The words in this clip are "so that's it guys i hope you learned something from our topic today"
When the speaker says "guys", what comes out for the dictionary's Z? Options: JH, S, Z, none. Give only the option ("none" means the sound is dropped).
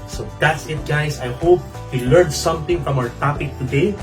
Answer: S